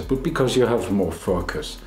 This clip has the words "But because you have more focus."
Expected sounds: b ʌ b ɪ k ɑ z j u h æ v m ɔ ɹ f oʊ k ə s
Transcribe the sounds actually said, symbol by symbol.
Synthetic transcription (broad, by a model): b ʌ b ɪ k ɑ z j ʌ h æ v m ɔ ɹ f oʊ k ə s